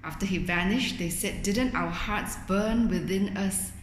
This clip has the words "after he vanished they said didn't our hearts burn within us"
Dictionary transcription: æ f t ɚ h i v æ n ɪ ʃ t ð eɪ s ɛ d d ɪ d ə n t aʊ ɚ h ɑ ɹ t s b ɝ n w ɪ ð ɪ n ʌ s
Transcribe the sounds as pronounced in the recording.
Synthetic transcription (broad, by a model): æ f t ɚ h i v æ n ɪ ʃ t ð eɪ s ɛ d d ɪ d ə n t aʊ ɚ h ɑ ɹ t s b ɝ n w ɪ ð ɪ n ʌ s